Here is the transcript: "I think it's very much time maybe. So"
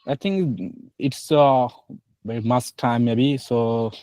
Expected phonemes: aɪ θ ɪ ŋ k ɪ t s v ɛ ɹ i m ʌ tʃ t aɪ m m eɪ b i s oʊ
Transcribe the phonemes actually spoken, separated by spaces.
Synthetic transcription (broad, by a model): aɪ t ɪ ŋ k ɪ t s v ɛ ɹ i m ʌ s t aɪ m m eɪ b i s oʊ